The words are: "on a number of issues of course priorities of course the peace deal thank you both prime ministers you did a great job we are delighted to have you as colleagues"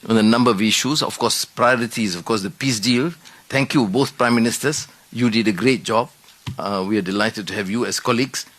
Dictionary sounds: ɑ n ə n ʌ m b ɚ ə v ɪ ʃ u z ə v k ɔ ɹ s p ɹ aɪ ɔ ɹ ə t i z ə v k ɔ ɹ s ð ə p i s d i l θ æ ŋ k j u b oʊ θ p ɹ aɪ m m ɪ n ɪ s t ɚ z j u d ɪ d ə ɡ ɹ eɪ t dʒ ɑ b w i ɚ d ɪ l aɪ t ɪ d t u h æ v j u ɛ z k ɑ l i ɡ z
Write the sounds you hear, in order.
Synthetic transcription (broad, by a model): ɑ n ə n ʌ m b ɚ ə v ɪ ʃ u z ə f k ɔ s p ɹ aɪ ɔ ɹ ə t i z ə f k ɔ s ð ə p i s d i l t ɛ ŋ k j u b oʊ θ p ɹ aɪ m m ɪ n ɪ s t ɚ s j u d ɪ d ə ɡ ɹ eɪ t dʒ ɑ b w i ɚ d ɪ l aɪ t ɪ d t u h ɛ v j u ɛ s k ɑ l i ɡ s